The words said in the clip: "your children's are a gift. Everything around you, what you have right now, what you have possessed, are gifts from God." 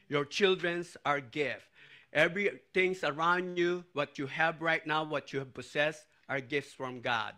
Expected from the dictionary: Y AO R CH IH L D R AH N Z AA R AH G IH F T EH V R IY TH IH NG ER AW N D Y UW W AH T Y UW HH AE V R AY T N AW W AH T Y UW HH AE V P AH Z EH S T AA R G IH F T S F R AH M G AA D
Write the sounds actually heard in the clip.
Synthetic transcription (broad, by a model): Y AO R CH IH L D R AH N S AA R G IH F T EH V R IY T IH NG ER AW N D Y UW W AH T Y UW HH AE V R AY T N AW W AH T Y UW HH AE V P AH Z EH S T AA R G IH F T S F R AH M G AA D